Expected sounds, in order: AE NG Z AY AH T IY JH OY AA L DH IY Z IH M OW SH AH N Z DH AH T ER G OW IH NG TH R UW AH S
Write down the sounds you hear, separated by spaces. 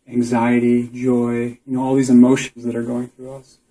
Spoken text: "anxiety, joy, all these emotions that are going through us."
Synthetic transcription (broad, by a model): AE NG Z AY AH T IY JH OY AA L DH IY Z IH M OW SH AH N Z DH AH T ER G OW IH NG TH R UW AH S